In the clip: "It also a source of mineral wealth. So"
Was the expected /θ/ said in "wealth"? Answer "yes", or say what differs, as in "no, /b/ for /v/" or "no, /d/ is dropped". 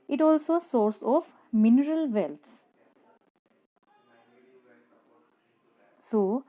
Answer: no, /s/ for /θ/